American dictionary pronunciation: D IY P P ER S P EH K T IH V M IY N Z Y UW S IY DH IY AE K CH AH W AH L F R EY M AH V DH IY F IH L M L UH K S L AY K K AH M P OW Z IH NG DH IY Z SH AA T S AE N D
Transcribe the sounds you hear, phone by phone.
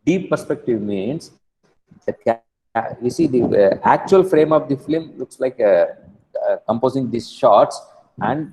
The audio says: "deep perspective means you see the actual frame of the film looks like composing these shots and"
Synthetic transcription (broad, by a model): D IY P P ER S P EH K T IH V M IY N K Y UW S IY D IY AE K CH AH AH L F R EY M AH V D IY F IH L M L UH K S L AY K K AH M P OW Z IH NG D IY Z SH AA T S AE N D